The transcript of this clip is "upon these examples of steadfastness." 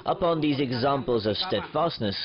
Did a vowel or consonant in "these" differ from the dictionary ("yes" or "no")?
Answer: no